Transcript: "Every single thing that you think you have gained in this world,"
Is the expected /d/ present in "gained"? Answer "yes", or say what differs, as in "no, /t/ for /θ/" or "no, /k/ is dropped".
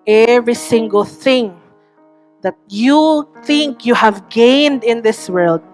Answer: yes